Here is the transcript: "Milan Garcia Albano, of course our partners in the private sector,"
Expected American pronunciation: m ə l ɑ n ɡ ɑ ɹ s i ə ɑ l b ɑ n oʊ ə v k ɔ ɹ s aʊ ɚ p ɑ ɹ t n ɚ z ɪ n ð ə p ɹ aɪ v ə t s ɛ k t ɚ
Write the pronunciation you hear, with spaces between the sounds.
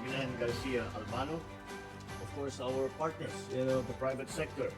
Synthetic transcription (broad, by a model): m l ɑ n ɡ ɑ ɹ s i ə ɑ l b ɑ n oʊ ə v k ɔ ɹ s aʊ ɚ p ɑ ɹ t n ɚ s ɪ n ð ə p ɹ aɪ v ə t s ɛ k t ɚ